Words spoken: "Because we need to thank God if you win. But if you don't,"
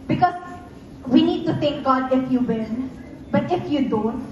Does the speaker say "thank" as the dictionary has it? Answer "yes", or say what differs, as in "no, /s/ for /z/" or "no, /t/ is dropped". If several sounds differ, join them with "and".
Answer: no, /t/ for /θ/